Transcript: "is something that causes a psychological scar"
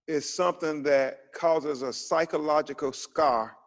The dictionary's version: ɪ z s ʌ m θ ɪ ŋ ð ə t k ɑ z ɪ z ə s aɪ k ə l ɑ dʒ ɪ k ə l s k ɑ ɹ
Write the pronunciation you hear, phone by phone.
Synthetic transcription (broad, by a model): ɪ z s ʌ m θ ɪ ŋ ð ə t k ɑ z ɪ z ə s aɪ k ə l ɑ dʒ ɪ k l s k ɑ ɹ